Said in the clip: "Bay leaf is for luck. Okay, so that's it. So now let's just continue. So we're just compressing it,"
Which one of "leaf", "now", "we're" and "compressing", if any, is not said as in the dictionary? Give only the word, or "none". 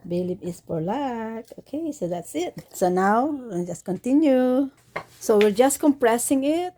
leaf